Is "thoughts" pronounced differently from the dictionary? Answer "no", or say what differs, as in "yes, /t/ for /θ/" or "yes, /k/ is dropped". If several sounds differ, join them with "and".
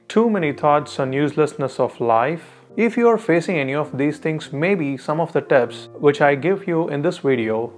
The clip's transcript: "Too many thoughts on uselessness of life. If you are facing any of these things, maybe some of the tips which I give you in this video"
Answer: yes, /t/ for /θ/